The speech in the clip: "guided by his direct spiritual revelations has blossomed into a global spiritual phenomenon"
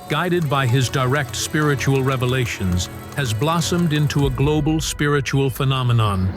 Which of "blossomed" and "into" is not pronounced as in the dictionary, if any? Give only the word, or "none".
none